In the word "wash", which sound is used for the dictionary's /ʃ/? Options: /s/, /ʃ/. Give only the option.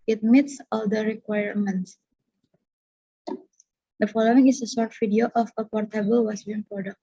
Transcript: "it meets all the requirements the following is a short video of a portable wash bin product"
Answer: /s/